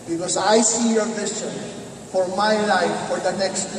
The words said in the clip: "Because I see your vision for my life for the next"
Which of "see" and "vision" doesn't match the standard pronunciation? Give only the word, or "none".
vision